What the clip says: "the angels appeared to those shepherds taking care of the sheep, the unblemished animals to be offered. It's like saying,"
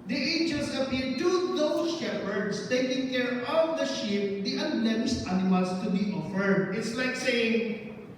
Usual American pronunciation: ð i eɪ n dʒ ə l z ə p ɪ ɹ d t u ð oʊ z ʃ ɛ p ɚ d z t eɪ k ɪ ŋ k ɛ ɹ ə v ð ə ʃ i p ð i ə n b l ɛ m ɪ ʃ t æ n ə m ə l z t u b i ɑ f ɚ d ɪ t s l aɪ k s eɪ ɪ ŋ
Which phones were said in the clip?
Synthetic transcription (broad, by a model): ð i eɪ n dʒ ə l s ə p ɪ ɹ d t u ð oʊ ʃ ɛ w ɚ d s t eɪ k ɪ ŋ k ɛ ɹ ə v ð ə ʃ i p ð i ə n l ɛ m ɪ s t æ n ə m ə l s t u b i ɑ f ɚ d ɪ t s l aɪ k s eɪ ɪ ŋ